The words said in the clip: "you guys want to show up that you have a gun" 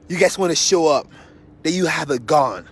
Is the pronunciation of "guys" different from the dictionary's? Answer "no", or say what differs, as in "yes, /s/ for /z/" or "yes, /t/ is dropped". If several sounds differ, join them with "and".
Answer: yes, /s/ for /z/